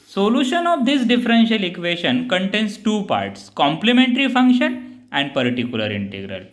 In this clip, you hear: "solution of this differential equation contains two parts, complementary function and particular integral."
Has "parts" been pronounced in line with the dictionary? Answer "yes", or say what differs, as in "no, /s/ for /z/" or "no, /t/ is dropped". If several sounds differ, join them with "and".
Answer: yes